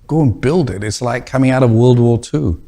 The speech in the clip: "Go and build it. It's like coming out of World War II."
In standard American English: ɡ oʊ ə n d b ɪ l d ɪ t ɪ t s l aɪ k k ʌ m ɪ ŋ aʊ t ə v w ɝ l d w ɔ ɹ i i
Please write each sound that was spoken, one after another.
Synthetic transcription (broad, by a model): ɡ oʊ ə n b ɪ l d ɪ t ɪ t s l aɪ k k ʌ m ɪ ŋ aʊ t ə v w ɝ l d w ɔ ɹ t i